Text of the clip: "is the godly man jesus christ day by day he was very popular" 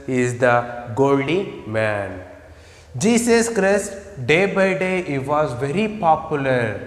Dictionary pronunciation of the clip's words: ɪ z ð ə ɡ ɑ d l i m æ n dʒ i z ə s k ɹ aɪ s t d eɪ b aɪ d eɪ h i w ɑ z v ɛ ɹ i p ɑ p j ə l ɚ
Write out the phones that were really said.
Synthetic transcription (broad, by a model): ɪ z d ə ɡ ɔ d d i m æ n dʒ i s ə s k ɹ aɪ s t d eɪ b aɪ d eɪ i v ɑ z v ɛ ɹ i p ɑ p j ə l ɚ